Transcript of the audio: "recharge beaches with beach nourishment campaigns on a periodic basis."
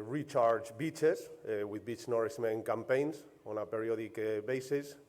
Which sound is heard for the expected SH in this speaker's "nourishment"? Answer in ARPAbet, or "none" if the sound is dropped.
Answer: S